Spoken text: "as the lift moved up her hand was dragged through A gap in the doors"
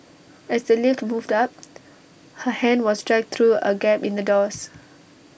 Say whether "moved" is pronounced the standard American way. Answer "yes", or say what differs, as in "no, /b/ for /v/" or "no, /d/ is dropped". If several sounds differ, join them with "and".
yes